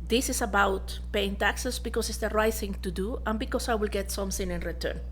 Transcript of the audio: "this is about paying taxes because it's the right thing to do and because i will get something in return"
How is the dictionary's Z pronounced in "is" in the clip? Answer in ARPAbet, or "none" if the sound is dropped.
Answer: S